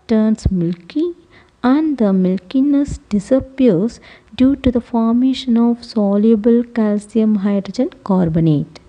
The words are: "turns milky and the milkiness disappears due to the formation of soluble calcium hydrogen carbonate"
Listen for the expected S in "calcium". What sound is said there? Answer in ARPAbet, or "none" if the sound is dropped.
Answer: S